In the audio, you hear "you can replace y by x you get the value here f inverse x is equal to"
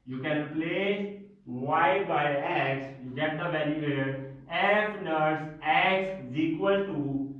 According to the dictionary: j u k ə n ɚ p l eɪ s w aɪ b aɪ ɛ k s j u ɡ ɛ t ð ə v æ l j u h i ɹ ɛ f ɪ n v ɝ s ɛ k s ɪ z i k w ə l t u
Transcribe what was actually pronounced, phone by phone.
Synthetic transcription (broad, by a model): j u k ə n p l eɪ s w aɪ b aɪ ɛ k s j u ɡ ɛ t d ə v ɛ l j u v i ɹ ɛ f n ɝ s ɛ k s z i k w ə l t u